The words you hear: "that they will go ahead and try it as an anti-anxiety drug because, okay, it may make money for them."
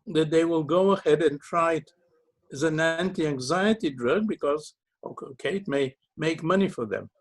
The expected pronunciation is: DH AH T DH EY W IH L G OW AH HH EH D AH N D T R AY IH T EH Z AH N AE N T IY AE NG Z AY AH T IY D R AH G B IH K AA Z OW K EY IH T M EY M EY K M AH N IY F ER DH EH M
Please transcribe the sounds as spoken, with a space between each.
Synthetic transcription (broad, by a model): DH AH T DH EY W IH L G OW AH HH EH D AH N T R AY IH T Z AH N AE N T IY AE NG Z AY AH T IY D R AH G B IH K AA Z OW K EY IH T M EY M EY K M AH N IY F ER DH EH M